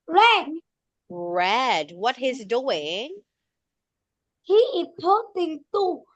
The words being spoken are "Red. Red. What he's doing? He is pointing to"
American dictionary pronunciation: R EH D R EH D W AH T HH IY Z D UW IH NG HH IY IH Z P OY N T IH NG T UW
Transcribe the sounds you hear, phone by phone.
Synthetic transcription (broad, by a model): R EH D R EH D W AH T HH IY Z D UW IH NG HH IY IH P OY T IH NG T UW